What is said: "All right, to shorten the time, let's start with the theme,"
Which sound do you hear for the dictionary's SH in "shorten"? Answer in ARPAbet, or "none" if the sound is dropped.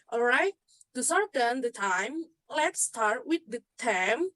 S